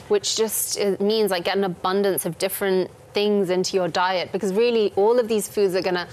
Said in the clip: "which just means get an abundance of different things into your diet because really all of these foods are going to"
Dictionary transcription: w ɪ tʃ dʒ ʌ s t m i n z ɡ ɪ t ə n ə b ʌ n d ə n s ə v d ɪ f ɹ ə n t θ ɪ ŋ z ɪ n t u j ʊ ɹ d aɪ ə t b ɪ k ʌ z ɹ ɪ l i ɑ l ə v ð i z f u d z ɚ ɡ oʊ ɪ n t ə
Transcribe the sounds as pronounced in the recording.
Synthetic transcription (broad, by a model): w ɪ tʃ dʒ ʌ s t m i n z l ɪ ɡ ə n ə b ʌ n d ə n s ə v d ɪ f ɹ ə n θ ɪ ŋ z ɪ n t u j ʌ ɹ d aɪ ə t b ɪ k ʌ z ɹ ɪ l i ɑ l ə v ð i z f u d z ɚ ɡ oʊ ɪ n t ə